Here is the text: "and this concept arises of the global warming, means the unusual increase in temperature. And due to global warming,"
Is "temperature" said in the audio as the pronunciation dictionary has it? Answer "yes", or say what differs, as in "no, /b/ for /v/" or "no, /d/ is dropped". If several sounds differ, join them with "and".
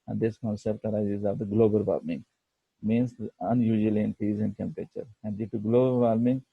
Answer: yes